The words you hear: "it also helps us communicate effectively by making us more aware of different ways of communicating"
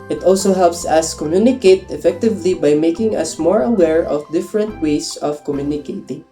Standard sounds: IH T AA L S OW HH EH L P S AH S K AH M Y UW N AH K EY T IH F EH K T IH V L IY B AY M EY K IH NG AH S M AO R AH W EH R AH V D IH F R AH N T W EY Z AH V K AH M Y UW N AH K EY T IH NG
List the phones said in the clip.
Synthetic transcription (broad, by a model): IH T AA L S OW HH EH L P S AH S K AH M Y UW N AH K EY T IH F EH K T IH V L IY B AY M EY K IH NG AH S M AO R AH W EH R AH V D IH F R AH N T W EY S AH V K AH M Y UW N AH K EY T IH NG